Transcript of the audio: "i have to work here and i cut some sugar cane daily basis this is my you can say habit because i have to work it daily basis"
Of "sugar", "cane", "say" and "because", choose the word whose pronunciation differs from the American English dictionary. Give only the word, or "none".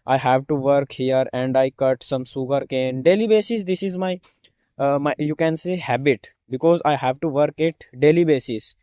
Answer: sugar